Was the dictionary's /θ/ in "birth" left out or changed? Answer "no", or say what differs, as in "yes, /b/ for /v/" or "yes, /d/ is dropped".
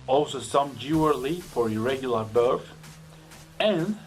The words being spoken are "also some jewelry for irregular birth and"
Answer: yes, /f/ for /θ/